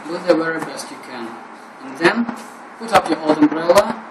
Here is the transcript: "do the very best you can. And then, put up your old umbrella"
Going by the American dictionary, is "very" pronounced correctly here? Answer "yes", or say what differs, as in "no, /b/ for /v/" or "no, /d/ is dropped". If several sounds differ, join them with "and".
no, /w/ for /v/